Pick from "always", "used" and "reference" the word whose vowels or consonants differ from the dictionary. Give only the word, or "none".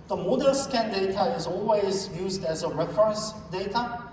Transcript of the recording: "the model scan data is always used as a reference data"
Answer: none